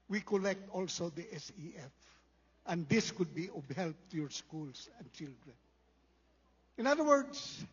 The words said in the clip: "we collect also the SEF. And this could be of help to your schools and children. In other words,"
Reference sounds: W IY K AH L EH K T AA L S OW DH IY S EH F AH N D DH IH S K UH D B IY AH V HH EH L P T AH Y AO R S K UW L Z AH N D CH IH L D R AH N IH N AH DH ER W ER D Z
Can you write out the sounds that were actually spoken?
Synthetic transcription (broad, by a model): W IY K AH L EH K T AA L S OW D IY S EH F AH N D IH S K UH D B IY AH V HH EH L P T Y AO R S K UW L S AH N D CH IH L D R AH N IH N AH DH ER W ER D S